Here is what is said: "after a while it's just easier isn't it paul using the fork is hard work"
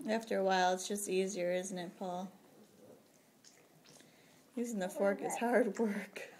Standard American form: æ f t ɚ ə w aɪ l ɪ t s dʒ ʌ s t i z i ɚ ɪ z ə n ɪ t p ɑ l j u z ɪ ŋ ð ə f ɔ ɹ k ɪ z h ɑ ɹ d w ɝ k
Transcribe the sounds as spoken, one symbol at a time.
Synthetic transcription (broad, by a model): æ f t ɚ ə w aɪ l ɪ t s dʒ ʌ s t i z i ɚ ɪ z n ɪ t p ɑ l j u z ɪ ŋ ð ə f ɔ ɹ k ɪ z h ɑ ɹ d w ɝ k